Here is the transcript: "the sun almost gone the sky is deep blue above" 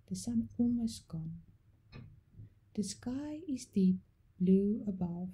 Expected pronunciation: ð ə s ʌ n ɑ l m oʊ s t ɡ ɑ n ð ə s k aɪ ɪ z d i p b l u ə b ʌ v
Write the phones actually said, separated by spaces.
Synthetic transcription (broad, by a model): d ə s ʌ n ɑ m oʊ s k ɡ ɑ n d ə s k aɪ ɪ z d i p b l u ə b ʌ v